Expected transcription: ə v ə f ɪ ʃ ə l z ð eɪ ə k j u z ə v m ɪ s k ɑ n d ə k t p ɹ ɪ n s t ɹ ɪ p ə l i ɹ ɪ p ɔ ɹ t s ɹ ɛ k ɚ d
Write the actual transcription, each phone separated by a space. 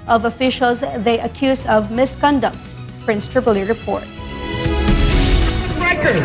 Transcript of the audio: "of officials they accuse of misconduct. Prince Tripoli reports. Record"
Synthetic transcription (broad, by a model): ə v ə f ɪ ʃ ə l z ð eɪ ə k j u z ə v m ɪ s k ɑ n d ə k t p ɹ ɪ n s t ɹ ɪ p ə l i ɹ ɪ p ɔ ɹ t ɹ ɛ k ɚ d